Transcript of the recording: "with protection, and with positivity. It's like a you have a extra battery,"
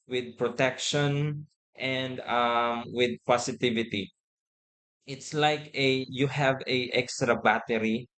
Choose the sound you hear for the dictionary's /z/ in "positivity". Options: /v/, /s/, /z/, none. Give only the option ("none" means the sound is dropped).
/s/